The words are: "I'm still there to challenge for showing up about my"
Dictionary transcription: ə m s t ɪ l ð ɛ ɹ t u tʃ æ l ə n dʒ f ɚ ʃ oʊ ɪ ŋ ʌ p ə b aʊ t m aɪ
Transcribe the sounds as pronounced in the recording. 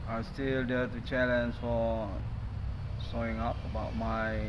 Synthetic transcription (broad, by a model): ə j s t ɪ l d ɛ t u tʃ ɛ l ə n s f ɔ s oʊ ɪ ŋ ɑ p ə b aʊ t m aɪ